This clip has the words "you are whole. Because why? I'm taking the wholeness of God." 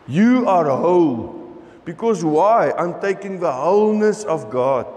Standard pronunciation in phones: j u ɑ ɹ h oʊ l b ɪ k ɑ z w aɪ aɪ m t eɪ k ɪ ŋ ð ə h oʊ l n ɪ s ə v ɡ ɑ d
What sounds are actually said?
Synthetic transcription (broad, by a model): j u ɑ ɹ h oʊ l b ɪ k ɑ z w aɪ aɪ m t eɪ k ɪ ŋ ð ə h oʊ l n ɪ s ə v ɡ ɑ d